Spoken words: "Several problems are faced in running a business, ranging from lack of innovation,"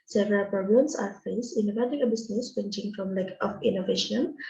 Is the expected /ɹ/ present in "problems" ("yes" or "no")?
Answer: no